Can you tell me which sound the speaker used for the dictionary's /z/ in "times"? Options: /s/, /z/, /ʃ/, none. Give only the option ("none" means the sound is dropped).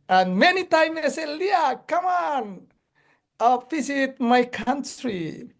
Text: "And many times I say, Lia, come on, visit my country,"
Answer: none